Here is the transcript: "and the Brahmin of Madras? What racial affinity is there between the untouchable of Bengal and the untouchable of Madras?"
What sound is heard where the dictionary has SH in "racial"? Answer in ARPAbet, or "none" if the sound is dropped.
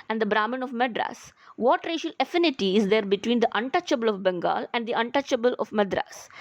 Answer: SH